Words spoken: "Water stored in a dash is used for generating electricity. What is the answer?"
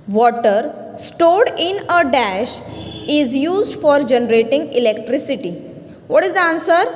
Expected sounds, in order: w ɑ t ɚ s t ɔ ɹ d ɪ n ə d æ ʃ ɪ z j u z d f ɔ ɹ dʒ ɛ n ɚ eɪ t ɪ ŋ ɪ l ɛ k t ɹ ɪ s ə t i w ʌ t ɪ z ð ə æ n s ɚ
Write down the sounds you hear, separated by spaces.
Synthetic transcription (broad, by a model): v ɑ t ɚ s t ɔ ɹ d ɪ n ə d æ ʃ ɪ z j u z d f ɔ ɹ dʒ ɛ n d eɪ t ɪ ŋ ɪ l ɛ k t ɹ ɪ s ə t i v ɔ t ɪ z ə n s ɚ